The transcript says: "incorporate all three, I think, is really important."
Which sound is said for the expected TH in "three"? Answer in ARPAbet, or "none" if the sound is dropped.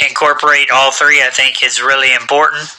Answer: TH